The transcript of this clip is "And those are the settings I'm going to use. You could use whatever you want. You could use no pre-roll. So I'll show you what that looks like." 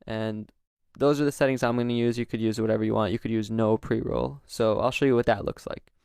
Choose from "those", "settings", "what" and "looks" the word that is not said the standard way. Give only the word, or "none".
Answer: none